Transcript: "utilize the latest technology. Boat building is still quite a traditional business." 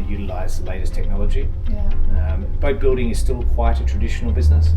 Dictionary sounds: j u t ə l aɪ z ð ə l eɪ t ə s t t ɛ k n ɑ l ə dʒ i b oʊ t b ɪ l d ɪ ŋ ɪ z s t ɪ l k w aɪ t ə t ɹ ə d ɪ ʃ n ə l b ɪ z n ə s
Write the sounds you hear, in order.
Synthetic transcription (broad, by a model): j u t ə l aɪ z ð ə l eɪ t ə s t t ɛ k n ɑ l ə dʒ i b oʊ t b ɪ l d ɪ ŋ ɪ z s t ɪ l k w aɪ t ə t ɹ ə d ɪ ʃ n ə l b ɪ z n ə s